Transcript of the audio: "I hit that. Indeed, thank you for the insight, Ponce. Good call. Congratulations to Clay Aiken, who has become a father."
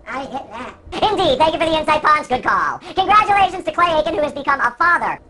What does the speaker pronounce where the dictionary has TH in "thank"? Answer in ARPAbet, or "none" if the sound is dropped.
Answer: TH